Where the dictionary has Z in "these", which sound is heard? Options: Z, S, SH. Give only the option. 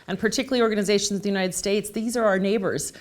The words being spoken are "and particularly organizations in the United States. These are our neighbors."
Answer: Z